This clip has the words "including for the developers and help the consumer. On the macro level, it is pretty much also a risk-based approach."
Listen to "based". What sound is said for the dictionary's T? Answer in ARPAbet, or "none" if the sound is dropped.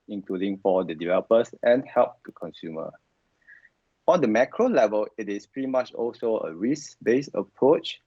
none